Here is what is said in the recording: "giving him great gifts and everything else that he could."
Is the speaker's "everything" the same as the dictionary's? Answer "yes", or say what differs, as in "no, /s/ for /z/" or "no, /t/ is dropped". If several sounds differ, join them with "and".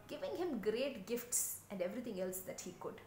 no, /t/ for /θ/